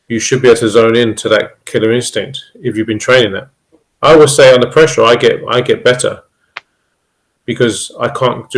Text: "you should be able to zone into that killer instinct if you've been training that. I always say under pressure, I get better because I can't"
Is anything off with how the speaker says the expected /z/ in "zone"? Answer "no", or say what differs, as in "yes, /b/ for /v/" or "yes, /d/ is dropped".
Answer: no